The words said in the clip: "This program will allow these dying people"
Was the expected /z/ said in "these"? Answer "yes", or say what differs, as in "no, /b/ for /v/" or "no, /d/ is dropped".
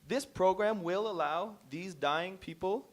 yes